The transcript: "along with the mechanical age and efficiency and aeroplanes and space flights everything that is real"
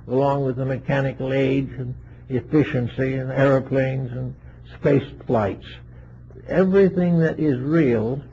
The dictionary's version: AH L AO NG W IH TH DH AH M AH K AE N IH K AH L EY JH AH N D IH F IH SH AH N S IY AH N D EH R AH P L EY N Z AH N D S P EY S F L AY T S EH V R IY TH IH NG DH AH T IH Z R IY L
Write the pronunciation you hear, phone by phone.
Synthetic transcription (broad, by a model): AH L AO NG W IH DH AH M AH K AE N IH K L EY JH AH N IH F IH SH AH N S IY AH N EH R AH P L EY N Z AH N S P EY S F L AY T S EH V R IY TH IH NG DH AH T IH Z R IY L